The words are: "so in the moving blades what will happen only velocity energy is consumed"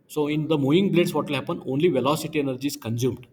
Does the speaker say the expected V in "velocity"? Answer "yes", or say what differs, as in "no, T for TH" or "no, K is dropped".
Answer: yes